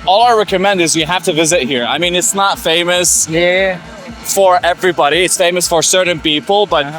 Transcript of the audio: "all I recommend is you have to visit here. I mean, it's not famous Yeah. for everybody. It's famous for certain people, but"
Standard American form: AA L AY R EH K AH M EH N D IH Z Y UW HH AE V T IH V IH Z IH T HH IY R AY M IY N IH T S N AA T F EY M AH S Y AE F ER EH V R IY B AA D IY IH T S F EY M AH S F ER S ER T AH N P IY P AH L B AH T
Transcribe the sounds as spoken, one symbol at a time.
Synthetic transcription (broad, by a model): AA L AY R EH K AH M EH N D IH Z Y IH HH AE F T IH V IH Z IH T HH IY R AY M IY N IH T S N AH T F EY M AH S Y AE F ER EH V R IY B AA D IY IH T S F EY M AH S F ER S ER T N P IY P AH L B AH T